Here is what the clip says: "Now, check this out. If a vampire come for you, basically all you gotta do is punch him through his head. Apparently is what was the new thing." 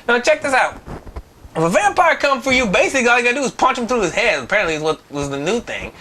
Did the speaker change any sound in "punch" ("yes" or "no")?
no